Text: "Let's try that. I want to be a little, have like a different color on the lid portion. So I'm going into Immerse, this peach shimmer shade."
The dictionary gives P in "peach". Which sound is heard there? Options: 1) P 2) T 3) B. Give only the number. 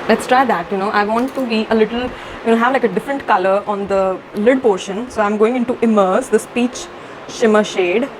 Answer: 1